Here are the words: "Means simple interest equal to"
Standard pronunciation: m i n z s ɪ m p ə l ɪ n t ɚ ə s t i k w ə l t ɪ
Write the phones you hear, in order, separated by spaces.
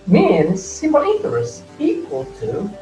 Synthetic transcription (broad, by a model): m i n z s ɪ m ə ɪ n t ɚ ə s i k w ə l t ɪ